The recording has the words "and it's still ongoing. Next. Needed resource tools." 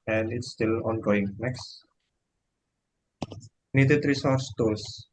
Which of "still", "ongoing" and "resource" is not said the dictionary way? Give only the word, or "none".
none